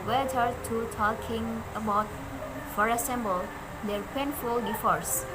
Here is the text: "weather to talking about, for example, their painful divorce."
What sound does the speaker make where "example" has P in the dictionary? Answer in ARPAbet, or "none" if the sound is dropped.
B